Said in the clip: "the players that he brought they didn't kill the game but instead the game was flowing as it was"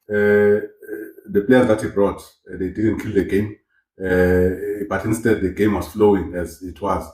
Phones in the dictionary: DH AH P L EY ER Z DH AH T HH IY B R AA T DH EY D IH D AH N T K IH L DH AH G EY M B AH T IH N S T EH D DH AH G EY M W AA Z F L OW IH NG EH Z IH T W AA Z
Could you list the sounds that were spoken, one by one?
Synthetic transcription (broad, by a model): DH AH P L EY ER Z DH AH T HH IY B R AA T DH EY D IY D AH N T K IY L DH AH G EY M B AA T IH N S T EH D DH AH G EY M W AA Z F L OW IH NG EH Z IH T W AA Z